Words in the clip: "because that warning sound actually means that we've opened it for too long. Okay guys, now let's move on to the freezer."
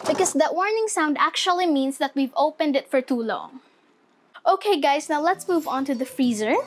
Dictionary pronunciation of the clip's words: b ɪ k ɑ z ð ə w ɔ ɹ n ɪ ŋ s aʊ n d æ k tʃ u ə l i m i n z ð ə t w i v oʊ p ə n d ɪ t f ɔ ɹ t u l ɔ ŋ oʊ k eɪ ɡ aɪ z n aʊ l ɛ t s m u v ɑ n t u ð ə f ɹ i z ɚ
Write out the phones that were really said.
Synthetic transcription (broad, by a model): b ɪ k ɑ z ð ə w ɔ ɹ n ɪ ŋ s aʊ n d æ k tʃ u ə l i m i n s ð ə t w i v oʊ p ə n d ɪ t f ɔ ɹ t u l ɔ ŋ oʊ k eɪ ɡ aɪ s n aʊ l ɛ t s m u v ɑ n t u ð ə f ɹ i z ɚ